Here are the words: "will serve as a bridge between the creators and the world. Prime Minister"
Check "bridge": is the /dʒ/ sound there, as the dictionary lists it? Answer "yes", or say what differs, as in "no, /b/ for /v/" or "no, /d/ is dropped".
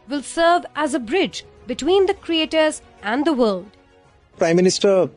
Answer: yes